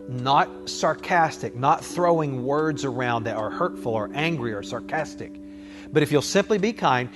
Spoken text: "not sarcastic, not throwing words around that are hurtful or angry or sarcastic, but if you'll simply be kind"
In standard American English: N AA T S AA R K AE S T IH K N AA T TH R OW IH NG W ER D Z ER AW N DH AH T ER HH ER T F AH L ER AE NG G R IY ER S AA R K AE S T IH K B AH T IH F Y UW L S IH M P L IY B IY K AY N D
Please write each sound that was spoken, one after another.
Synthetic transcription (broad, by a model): N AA T S AA R K AE S T IH K N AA T TH R OW IH NG W ER D Z ER AW N DH AH T ER HH ER T F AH L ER AE NG G R IY ER S AA R K AE S T IH K B AH T IH F Y UW L S IH M P L IY B IY K AY N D